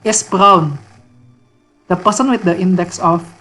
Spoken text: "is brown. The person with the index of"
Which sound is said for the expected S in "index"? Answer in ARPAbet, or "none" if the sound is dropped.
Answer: S